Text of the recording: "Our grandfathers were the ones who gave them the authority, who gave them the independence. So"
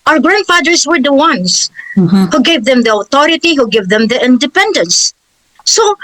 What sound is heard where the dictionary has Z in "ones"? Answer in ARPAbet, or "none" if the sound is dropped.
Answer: S